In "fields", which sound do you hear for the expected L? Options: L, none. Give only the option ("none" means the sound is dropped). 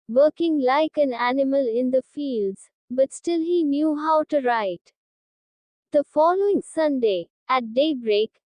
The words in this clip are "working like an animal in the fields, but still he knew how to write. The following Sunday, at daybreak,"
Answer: L